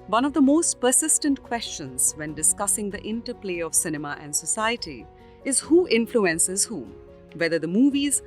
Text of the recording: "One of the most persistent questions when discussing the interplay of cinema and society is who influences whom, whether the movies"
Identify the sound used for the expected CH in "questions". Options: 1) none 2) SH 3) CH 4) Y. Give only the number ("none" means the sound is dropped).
3